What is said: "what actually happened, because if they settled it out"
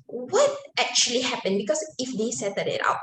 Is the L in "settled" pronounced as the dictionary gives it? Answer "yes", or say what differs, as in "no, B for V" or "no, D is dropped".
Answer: no, L is dropped